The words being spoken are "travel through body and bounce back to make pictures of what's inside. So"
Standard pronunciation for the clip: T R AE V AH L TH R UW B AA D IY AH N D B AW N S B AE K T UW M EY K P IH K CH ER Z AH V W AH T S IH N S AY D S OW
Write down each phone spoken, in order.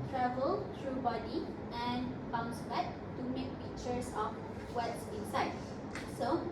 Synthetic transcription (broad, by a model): T R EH V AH L T R UW B AA D IY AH N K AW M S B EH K T UW M EY K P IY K CH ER S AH F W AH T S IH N S AY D S OW